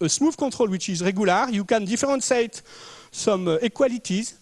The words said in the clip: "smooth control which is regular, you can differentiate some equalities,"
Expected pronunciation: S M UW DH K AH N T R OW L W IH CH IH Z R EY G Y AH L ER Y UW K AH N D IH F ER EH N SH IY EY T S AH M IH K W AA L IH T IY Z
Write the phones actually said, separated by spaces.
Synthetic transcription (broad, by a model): S M UW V K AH T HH OW L W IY CH IH Z R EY G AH L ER Y UW K AH N D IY F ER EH N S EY T S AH M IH K W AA L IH T IY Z